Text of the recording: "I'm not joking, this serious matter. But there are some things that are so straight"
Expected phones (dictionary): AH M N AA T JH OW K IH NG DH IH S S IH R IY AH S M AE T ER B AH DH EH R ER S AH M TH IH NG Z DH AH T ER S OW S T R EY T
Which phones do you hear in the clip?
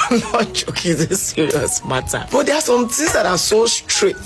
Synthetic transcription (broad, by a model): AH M N AA T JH OW K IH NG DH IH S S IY R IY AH S M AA T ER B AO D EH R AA S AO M T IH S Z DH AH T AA S OW S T R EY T